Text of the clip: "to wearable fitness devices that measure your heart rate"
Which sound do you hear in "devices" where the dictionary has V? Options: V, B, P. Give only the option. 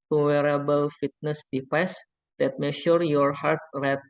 P